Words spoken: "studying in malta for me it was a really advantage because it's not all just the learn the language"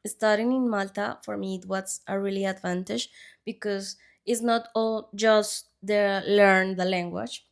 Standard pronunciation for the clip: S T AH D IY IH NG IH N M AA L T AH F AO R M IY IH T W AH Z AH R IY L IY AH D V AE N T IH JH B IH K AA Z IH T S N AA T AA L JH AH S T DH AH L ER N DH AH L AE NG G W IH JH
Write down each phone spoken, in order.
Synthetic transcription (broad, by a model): S T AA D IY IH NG IH N M AA L T AH F AO R M IY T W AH S AH R IY L IY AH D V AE N T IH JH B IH K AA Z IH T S N AA T AA L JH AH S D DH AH L ER N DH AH L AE NG G W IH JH